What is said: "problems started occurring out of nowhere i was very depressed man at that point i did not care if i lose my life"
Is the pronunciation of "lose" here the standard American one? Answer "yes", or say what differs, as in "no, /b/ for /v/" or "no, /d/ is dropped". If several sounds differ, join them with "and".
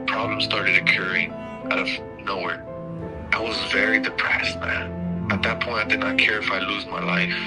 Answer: yes